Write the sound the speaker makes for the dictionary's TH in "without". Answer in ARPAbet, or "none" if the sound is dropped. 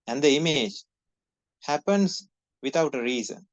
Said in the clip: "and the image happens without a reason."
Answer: T